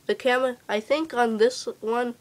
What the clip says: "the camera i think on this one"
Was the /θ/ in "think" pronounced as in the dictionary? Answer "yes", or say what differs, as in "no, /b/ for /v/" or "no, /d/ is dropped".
yes